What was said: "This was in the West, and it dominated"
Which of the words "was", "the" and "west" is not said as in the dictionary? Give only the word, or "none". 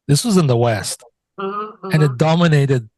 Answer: none